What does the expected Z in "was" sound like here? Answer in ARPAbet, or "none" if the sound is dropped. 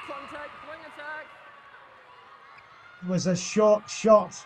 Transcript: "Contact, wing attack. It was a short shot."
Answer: Z